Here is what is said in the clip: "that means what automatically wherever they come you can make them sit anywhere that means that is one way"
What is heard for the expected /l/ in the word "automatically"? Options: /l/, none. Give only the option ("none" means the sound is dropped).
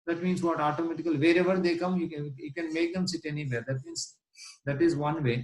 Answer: none